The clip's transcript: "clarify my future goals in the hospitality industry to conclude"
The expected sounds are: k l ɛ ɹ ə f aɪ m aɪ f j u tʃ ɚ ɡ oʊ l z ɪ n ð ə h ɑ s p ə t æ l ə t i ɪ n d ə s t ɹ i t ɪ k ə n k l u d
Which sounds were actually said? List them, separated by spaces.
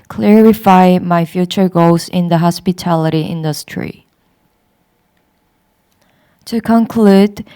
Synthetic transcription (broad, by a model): k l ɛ ɹ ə f aɪ m aɪ f j u tʃ ɚ ɡ oʊ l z ɪ n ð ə h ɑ s p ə t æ l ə t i ɪ n d ə s t ɹ i t ɪ k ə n k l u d